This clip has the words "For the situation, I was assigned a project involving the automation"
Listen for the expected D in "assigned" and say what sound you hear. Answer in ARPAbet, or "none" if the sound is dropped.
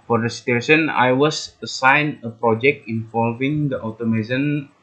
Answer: none